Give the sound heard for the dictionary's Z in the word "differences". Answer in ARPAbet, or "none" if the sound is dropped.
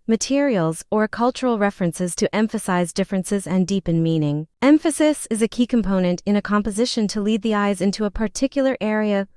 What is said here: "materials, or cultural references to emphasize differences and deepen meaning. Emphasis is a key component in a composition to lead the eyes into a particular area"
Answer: Z